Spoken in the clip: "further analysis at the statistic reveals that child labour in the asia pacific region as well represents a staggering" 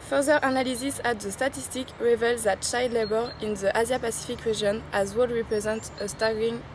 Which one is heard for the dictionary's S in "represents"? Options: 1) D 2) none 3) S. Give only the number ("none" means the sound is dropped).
2